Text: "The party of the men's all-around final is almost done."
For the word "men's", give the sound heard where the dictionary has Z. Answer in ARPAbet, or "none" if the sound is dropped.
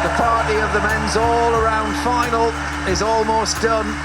Z